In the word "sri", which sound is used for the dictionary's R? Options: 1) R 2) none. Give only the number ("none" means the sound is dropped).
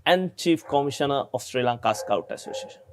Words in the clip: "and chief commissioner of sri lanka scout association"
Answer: 1